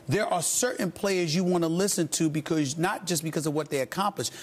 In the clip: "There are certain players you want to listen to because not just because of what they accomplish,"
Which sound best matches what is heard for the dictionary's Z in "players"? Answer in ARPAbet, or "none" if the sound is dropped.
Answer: Z